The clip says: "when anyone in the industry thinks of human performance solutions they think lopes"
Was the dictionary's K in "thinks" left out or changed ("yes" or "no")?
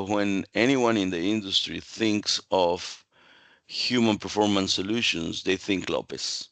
no